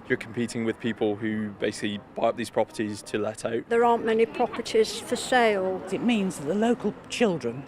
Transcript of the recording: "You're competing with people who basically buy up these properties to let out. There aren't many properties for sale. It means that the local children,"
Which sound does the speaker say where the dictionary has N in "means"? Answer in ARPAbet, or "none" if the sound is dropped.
N